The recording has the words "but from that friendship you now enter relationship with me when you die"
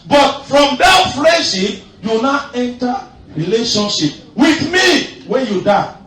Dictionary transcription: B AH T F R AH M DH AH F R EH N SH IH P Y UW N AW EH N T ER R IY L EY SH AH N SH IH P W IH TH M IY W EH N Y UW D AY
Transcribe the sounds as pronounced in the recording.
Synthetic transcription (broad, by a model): B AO T F R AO M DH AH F L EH SH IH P Y UW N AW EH N T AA R IY L EY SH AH N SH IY P W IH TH M IY W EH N Y UW D AY